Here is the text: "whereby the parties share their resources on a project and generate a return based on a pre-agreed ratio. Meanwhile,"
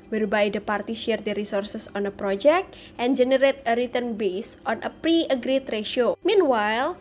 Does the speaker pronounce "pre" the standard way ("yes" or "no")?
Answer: yes